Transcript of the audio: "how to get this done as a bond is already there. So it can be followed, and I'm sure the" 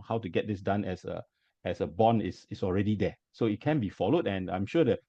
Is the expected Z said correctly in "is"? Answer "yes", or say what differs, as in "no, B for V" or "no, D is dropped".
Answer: no, S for Z